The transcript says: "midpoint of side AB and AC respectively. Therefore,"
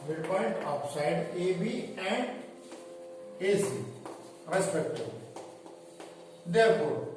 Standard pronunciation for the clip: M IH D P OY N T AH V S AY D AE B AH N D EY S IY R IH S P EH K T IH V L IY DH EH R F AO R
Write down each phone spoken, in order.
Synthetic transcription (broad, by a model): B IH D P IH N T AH P S AY D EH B AH N D EY S IY R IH S P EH K T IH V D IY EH R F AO R